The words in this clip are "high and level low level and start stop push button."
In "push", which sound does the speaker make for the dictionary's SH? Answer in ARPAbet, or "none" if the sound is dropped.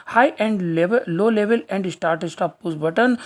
S